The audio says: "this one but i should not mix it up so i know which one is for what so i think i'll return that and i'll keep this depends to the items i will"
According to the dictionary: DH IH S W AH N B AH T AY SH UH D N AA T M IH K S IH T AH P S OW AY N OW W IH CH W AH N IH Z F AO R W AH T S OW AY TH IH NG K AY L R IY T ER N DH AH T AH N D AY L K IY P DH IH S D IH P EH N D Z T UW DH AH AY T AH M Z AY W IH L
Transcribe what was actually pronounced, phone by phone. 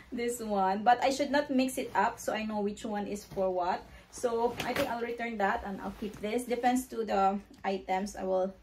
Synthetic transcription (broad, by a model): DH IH S W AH N B AH T AY SH UH D N AA T M IH K S IH T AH P S OW AY N OW W IH CH W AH N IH S F AO R W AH T S OW AY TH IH NG K AY L R IY T ER N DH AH T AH N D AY L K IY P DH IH S D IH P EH N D S T UW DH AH AY T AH M S AY W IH L